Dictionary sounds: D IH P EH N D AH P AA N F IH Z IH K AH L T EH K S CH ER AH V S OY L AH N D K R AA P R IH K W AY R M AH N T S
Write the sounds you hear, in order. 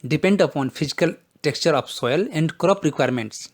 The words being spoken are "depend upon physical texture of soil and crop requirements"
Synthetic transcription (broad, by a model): D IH P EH N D AH P AA N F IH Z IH K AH L T EH K S CH ER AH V S OY L AH N D K R AA P R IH K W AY R M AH N T S